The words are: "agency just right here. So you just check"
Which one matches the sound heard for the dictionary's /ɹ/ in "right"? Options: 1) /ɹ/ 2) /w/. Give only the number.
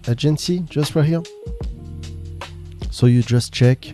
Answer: 2